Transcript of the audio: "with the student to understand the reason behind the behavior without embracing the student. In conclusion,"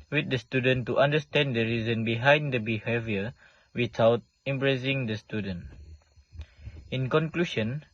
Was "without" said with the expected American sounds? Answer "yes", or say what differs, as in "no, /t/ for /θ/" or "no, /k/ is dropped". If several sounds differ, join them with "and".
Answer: no, /t/ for /θ/